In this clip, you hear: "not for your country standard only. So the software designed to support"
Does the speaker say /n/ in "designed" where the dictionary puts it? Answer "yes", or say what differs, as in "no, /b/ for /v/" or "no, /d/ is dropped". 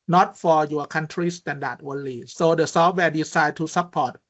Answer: no, /n/ is dropped